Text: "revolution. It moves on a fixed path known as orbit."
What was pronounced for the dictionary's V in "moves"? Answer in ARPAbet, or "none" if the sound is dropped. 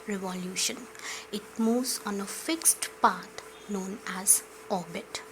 none